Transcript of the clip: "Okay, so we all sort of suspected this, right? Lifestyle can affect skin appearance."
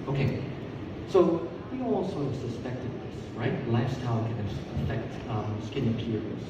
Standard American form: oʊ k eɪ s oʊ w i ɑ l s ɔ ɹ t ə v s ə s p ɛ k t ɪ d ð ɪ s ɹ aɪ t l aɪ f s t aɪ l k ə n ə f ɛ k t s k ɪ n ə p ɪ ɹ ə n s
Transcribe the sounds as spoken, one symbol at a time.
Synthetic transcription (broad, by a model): oʊ k eɪ s oʊ w i ɑ l s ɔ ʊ ə v s ə s p ɛ k t ɪ d ð ɪ s ɹ aɪ t l aɪ f s t aɪ l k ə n ə f ɛ k t s k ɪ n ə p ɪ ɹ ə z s